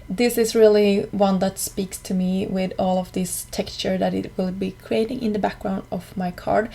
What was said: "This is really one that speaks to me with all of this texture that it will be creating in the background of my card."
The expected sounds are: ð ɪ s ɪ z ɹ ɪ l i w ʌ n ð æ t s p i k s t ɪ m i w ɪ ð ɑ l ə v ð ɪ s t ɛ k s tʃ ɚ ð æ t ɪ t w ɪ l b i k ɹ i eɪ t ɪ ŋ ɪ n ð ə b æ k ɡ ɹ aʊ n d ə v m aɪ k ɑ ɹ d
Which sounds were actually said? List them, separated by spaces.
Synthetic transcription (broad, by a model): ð ɪ s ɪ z ɹ ɪ l i w ʌ n ð æ t s p i k s t ɪ m i w ɪ ð ɑ l ə v ð ɪ s t ɛ k s tʃ ɚ ð æ t ɪ t w ɪ l b i k ɹ i eɪ t ɪ ŋ ɪ n ð ə b æ k ɡ ɹ aʊ n d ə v m aɪ k ɑ ɹ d